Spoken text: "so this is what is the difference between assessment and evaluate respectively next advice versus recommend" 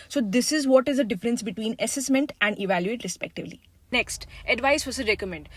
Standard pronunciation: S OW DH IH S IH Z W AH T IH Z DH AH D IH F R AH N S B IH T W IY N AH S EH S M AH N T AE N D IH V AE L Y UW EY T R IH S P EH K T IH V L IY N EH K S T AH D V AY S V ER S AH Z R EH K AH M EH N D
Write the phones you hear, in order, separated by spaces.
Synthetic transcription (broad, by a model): S OW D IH S IH Z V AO T IH Z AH D IH F R AH N S B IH T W IY N AH S EH S M AH N T AE N D IH V AE L Y UW EY T R IH S P EH K T IH V L IY N EH K S T AH D V AY S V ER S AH R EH K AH M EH N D